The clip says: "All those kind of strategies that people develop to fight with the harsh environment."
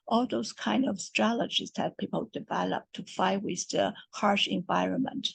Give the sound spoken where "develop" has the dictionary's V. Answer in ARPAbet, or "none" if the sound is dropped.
V